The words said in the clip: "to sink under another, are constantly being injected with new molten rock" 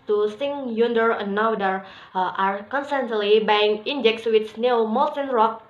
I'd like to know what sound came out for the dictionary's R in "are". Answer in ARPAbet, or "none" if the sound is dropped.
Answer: R